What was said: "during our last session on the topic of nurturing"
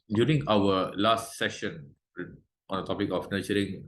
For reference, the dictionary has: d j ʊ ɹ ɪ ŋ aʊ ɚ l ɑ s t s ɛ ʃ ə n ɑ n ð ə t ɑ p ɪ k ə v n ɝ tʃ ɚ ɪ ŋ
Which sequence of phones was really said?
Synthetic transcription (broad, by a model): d j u ɹ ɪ ŋ aʊ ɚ l ɑ s t s ɛ ʃ ə n ɑ n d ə t ɑ p ɪ k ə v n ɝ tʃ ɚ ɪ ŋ